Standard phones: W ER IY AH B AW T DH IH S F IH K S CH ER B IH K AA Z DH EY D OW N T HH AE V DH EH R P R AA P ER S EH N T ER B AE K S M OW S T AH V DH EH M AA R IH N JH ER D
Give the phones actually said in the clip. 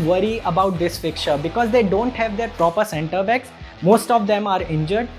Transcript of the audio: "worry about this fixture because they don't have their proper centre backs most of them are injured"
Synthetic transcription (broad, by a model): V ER IY AH B AW T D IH S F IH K CH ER B IH K AA Z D EY D OW N T HH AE V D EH R P R AA P ER S EH N T ER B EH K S M OW S T AH V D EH M AA R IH N JH ER D